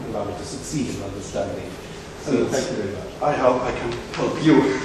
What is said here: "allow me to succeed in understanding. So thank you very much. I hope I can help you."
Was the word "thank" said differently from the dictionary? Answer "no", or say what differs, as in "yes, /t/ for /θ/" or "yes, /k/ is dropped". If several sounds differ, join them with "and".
yes, /f/ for /θ/ and /ŋ/ is dropped